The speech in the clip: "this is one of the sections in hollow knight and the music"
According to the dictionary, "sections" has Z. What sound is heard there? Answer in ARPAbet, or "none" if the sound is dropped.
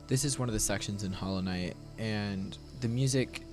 Z